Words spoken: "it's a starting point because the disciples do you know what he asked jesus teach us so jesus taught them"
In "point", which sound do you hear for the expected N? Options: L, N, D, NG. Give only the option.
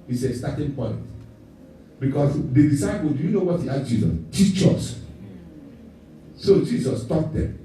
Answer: N